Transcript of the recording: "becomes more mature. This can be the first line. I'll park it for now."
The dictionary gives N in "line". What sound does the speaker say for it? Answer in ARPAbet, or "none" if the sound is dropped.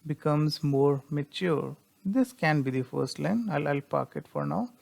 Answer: L